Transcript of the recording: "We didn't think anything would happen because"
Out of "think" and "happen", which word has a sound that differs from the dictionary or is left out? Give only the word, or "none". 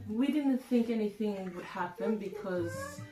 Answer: none